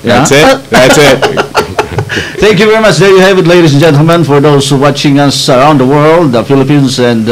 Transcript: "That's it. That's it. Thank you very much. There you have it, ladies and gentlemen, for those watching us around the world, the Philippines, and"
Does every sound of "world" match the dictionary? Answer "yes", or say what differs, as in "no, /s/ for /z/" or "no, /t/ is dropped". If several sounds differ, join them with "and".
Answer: yes